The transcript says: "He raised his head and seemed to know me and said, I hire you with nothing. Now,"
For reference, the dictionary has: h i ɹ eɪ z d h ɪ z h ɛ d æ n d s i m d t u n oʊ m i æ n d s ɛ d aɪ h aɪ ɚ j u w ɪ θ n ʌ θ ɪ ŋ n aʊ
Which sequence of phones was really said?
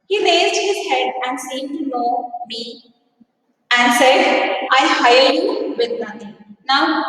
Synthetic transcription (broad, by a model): h i ɹ eɪ z d h ɪ z h ɛ d æ n d s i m t u n oʊ m i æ n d s ɛ d aɪ h aɪ ɚ j u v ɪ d n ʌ t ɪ ŋ n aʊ